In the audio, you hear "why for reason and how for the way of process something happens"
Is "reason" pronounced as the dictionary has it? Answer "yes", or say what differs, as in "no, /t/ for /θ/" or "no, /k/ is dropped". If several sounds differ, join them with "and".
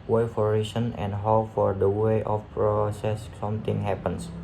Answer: no, /s/ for /z/